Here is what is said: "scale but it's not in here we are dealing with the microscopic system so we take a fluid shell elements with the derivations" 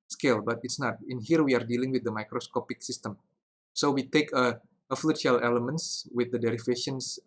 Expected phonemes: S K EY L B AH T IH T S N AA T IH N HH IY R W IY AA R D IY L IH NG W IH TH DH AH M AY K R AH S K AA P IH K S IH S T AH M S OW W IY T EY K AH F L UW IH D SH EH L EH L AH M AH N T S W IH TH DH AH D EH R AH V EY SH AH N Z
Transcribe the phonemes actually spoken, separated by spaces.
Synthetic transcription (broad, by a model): S K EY L B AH T IH T S N AA T IH N HH IY R W IY AA R D IY L IH NG W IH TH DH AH M AY K R AH S K AA P IH K S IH S T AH M S OW W IY T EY K AH F L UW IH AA L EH L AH M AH N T S W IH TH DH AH D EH R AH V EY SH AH N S